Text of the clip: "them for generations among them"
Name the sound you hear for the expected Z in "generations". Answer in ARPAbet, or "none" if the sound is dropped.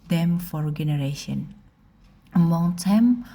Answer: none